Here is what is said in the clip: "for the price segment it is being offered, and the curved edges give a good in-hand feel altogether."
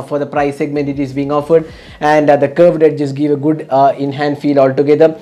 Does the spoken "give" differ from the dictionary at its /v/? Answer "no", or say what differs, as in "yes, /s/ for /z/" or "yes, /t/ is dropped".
no